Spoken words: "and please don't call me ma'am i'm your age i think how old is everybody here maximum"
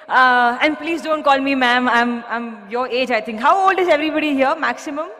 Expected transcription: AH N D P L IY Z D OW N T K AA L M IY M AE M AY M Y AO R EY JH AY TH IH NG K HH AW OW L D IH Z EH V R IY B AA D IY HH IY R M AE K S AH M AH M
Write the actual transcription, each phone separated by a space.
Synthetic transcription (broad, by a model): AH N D P L IY Z D OW N T K AA L M IY M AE M AY M Y AO R EY JH AY T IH NG K HH AW OW L D IH Z EH V R IY B AA D IY HH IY R M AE K S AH M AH M